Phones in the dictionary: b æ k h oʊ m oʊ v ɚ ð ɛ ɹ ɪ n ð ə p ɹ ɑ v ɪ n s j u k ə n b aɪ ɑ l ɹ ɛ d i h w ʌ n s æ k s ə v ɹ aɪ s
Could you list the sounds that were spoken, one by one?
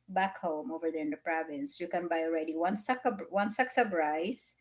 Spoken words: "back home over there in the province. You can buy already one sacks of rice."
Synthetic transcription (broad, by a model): b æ k h oʊ m oʊ v ɚ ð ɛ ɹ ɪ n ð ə p ɹ ɑ v ɪ n s j u k ə n b aɪ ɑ l ɹ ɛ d i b w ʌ n s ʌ k s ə b ɹ aɪ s